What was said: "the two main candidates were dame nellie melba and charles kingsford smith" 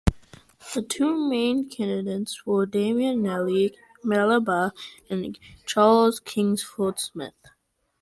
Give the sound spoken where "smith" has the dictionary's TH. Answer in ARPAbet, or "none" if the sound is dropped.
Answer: TH